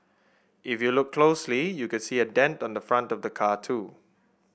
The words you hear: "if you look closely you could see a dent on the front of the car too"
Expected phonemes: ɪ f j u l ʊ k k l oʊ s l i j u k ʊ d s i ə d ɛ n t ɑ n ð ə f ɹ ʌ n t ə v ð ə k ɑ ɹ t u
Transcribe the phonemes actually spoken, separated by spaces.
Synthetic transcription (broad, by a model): ɪ f j u l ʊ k k l oʊ s l i j u k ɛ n s i ə d ɛ n t ɑ n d ə f ɹ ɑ n t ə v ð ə k ɑ t u